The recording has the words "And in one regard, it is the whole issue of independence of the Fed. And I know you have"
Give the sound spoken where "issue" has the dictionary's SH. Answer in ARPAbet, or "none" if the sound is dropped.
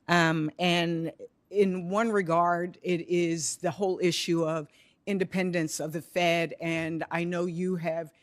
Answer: SH